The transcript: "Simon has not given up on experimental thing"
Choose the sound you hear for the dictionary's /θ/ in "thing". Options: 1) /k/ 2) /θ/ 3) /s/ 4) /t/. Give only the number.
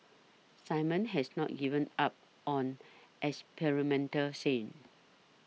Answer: 3